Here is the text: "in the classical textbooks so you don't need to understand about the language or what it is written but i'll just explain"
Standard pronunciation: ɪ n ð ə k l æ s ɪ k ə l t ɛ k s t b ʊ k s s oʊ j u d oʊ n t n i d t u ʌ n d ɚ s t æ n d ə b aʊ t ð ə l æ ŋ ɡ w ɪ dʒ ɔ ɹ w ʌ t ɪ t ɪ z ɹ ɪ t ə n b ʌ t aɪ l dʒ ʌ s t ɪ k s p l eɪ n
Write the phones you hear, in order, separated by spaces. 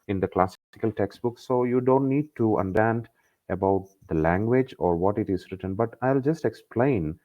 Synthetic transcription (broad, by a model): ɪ n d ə k l æ s ɪ k ə l t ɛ k s t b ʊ k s s oʊ j u d oʊ n t n i d t u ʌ n d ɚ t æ n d ə b aʊ t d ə l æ ŋ ɡ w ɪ dʒ ɔ ɹ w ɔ t ɪ t ɪ z ɹ ɪ t ə n b ʌ t aɪ l dʒ ʌ s t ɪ k s p l eɪ n